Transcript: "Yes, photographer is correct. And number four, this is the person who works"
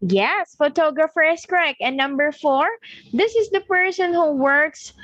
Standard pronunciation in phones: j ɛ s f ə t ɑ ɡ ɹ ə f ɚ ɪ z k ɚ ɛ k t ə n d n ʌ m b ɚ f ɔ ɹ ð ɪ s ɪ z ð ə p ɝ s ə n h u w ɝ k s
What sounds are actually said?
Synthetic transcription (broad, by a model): j ɛ s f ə t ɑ ɡ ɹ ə f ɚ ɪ s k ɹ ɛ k ə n n ʌ m b ɚ f ɔ ɹ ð ɪ s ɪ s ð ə p ɝ s ə n h u w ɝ k s